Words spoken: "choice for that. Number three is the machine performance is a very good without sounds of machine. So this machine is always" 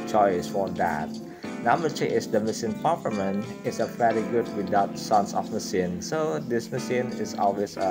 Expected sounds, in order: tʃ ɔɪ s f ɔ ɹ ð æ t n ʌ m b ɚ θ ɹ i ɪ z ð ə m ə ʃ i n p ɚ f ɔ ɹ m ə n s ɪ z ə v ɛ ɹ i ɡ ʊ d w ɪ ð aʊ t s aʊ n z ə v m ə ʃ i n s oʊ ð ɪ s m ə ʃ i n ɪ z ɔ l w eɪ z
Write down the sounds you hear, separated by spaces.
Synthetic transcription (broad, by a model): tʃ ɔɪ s f ɔ ɹ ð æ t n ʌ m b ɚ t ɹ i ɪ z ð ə m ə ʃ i n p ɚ p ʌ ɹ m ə n ɪ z ə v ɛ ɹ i ɡ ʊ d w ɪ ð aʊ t s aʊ n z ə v m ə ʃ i n s oʊ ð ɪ s m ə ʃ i n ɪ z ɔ l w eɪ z